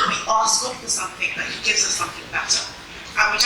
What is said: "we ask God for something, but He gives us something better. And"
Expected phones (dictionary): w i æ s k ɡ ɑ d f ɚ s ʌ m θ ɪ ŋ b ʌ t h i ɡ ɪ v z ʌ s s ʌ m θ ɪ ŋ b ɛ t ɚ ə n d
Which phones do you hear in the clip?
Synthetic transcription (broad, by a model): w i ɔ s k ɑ f ɚ s ʌ m θ ɪ ŋ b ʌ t h i ɡ ɪ v z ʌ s s ʌ m θ ɪ ŋ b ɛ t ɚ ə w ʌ